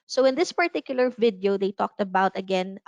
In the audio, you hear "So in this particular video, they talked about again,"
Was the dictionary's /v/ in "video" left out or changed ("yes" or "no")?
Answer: no